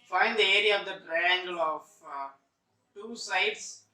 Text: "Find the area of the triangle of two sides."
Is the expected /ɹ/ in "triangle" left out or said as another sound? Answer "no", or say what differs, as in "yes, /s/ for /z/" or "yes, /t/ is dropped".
no